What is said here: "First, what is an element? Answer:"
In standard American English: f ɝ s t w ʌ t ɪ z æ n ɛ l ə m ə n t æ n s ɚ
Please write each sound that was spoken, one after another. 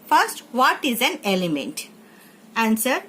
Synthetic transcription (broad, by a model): f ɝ s t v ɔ t ɪ z æ n ɛ l ə m ə n t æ n s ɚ